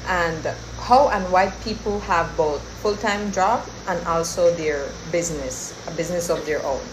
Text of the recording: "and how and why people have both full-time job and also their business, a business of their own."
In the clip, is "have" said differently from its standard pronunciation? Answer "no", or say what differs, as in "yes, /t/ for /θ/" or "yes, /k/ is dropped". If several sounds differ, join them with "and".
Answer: no